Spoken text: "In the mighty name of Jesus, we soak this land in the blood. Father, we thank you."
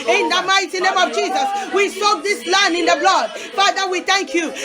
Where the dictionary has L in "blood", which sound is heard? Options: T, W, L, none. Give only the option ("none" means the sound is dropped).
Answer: L